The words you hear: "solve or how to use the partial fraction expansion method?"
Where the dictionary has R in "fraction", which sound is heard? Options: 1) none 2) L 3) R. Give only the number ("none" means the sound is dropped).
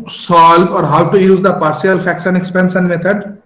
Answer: 1